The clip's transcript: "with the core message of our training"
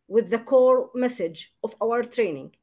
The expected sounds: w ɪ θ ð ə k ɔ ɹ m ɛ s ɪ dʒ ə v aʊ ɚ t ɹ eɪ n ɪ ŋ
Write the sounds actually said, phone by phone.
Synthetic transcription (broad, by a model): w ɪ ð ə k ɔ ɹ m ɛ s ɪ dʒ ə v aʊ ɚ t ɹ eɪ n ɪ ŋ